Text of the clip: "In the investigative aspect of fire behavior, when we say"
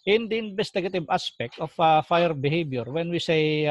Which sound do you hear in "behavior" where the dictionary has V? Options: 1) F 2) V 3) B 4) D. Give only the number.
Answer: 3